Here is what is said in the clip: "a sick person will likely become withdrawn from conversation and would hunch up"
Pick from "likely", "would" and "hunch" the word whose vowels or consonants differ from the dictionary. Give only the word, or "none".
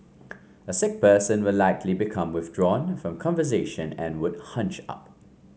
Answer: none